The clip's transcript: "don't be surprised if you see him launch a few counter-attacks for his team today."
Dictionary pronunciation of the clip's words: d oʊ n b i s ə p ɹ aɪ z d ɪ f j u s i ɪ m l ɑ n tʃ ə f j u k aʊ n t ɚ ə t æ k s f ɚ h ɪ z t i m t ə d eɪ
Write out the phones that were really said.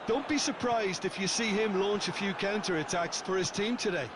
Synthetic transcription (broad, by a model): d oʊ n b i s ə p ɹ aɪ z d ɪ f j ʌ s i ɪ m l ɑ n tʃ ə f j u k aʊ n t ɚ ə t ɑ k s f ɚ ɪ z t i m t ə d eɪ